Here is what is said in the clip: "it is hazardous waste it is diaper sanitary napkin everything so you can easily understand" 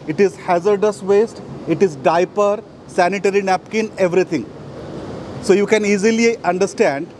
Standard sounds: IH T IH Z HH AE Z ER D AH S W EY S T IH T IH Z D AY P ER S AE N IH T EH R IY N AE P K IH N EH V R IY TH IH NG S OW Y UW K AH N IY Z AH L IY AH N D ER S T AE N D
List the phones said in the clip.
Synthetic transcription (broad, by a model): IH T IH Z HH AE Z ER D AH S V EY S T IH T IH Z D AY P ER S AE N IH T EH R IY N AE P K IH N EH V R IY T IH NG S OW Y UW K AH N IY Z AH L IY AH N D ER S T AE N D